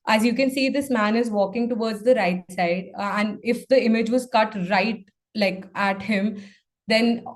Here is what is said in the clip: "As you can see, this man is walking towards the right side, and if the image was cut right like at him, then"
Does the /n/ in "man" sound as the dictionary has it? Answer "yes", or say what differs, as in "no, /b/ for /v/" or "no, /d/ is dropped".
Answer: yes